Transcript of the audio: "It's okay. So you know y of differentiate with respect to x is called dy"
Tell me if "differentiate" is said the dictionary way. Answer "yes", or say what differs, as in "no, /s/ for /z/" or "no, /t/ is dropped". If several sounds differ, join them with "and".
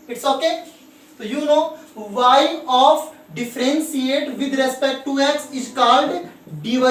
no, /s/ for /ʃ/